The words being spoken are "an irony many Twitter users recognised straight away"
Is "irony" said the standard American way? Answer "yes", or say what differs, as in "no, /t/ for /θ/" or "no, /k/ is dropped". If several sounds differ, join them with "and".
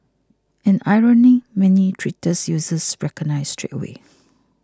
yes